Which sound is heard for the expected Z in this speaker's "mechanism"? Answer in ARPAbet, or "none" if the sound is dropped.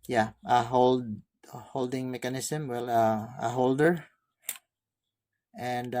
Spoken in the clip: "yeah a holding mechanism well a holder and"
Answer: S